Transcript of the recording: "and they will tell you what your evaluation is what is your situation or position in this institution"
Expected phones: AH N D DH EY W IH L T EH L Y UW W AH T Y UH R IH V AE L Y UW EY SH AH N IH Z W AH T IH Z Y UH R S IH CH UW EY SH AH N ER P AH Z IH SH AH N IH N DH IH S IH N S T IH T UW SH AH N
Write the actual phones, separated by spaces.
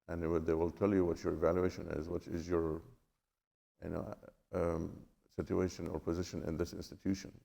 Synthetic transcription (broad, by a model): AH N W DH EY W IH L T EH L Y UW W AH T Y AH R IH V AE L Y UW EY SH AH N IH Z W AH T IH Z Y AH R S IH CH UW EY SH AH N ER P AH Z IH SH AH N IH N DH IH S IH N S T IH T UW SH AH N